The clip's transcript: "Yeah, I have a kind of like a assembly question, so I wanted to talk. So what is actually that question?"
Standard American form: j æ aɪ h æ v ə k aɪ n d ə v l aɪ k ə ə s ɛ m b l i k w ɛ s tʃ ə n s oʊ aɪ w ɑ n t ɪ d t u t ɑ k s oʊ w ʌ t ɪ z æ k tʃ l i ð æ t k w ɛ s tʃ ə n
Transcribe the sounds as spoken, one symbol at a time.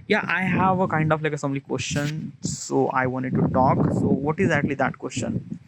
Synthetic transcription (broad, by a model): j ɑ aɪ h æ v ə k aɪ n d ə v l aɪ k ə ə s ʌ m l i k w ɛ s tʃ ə n s oʊ aɪ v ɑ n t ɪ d t u t ɑ k s oʊ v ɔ t ɪ z æ k tʃ l i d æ t k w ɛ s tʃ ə n